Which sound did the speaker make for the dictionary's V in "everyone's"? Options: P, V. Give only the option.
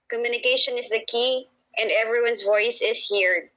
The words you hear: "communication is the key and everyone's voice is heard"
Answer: V